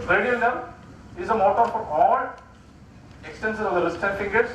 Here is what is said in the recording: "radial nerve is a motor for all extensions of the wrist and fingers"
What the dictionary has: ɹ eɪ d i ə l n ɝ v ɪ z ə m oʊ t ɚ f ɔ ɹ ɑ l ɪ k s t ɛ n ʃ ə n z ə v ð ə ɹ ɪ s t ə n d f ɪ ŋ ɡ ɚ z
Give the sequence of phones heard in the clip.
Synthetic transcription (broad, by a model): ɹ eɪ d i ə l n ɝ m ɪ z ə m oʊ t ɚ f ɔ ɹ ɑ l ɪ k s t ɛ n s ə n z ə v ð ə l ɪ s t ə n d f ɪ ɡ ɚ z